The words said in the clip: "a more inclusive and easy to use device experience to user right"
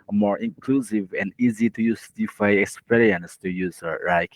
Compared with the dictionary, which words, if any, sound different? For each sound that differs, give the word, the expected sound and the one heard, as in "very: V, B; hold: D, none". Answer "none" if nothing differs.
device: V, F; device: S, none